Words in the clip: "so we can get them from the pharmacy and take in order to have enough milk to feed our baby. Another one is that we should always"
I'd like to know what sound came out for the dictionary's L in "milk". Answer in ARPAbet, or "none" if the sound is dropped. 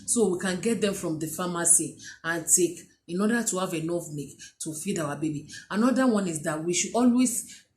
none